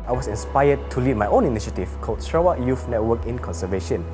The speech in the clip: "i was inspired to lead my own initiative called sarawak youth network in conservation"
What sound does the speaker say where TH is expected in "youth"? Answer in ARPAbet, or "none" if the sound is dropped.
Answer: F